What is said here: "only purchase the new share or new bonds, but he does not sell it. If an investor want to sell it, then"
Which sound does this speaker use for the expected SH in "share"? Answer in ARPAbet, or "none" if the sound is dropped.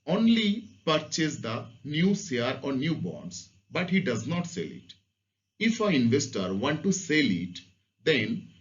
S